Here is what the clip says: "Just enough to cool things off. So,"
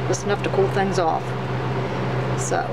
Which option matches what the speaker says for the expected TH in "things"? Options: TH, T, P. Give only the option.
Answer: TH